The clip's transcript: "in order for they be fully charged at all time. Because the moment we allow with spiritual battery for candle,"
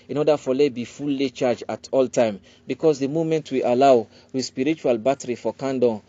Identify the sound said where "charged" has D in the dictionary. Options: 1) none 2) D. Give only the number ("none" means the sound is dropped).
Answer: 1